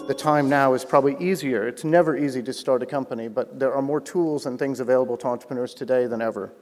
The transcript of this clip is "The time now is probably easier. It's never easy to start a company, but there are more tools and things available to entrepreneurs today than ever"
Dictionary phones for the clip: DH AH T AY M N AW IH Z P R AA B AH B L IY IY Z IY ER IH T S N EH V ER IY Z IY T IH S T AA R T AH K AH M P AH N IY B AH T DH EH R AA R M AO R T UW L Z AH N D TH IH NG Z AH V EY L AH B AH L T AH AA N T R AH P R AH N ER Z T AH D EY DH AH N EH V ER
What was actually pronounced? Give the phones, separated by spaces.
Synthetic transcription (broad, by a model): DH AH T AY M N AW IH Z P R AA B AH B L IY IY Z IY ER IH T S N EH V ER IY Z IY T IH S T AA R T AH K AH M P AH N IY B AH T DH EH R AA R M AO R T UW L Z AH N TH IH NG Z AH V EY L AH B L T AH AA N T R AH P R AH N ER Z T AH D EY DH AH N EH V ER